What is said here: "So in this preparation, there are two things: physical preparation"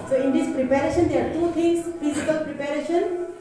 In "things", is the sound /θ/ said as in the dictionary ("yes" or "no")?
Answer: no